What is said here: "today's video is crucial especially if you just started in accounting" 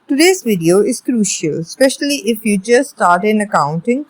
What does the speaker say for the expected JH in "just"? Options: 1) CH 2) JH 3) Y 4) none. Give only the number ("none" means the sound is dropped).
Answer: 1